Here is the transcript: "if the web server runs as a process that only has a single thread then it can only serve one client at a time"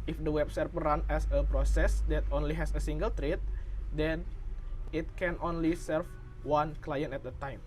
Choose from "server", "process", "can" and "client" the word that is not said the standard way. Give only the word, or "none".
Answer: server